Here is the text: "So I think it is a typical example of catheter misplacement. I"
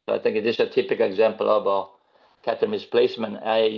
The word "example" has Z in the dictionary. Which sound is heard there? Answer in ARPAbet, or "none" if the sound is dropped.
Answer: Z